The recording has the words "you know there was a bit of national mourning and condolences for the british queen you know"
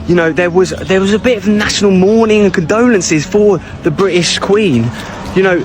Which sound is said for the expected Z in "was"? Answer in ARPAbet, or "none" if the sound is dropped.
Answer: Z